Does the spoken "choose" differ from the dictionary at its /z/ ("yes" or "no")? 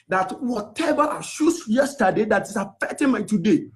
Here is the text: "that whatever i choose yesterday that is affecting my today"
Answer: yes